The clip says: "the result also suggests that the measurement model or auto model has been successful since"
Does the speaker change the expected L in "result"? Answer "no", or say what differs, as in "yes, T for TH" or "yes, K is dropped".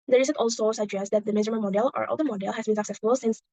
yes, L is dropped